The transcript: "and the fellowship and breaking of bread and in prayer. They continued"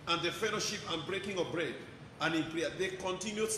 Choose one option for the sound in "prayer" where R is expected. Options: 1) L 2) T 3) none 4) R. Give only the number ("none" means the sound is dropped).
1